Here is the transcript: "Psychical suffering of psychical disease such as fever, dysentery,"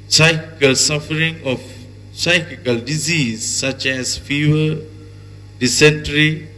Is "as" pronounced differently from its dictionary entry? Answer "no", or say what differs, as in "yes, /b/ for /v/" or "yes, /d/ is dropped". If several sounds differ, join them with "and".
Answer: yes, /s/ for /z/